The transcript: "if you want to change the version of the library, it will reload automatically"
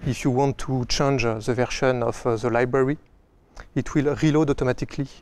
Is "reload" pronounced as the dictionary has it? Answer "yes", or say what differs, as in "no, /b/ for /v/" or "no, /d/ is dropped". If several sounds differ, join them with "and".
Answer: yes